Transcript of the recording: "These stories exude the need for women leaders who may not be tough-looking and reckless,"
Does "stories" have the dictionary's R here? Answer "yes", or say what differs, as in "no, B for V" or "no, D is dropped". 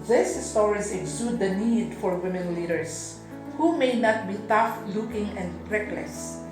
no, W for R